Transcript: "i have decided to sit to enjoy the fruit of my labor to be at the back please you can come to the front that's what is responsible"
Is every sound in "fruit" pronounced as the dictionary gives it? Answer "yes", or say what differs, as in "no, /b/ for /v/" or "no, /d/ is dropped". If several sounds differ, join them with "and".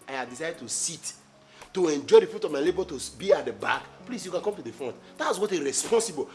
no, /ɹ/ is dropped